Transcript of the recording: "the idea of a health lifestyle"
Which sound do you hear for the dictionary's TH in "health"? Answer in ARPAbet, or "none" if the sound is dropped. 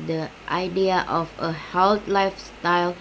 T